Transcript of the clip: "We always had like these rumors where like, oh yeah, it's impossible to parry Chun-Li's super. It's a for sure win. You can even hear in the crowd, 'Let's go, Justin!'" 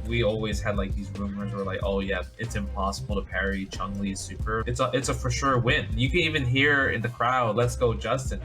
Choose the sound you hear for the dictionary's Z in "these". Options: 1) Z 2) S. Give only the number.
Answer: 1